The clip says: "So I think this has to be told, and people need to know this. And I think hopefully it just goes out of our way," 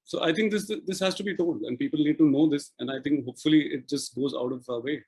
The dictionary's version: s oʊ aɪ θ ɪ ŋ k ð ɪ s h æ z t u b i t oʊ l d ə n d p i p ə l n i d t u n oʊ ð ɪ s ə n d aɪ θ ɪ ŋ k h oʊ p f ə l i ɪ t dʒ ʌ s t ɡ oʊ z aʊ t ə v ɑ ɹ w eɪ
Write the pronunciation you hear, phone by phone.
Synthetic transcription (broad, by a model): s oʊ aɪ t ɪ ŋ k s ɪ s h æ z t u b i t oʊ l d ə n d p i p ə l n i d t u n oʊ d ɪ s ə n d aɪ t ɪ ŋ k h oʊ p f ə l i ɪ t dʒ ʌ s t ɡ oʊ z aʊ t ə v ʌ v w eɪ